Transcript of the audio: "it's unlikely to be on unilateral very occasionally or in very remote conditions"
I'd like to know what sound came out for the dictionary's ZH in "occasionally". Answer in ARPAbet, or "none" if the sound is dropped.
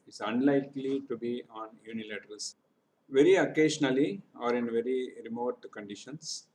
SH